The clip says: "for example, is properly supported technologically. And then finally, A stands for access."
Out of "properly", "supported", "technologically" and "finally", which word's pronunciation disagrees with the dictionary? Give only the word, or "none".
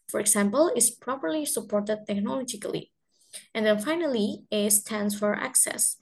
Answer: none